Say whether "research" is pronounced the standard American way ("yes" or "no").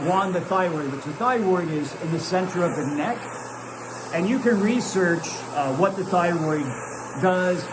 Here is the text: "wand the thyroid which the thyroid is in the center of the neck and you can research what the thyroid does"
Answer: yes